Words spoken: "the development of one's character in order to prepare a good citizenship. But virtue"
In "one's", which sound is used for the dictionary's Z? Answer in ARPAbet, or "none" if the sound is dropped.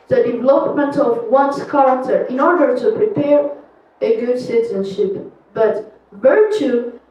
S